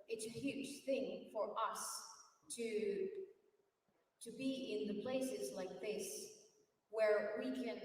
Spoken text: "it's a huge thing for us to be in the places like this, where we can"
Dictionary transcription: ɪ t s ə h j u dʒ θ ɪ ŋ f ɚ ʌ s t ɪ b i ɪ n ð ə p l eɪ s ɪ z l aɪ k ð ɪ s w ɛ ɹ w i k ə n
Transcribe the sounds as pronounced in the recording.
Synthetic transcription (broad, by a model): ɪ t s ə h j u dʒ θ ɪ ŋ f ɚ ʌ s t ɪ b i ɪ n ð ə p l eɪ s ɪ z l aɪ k ð ɪ s w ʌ ɹ w i k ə n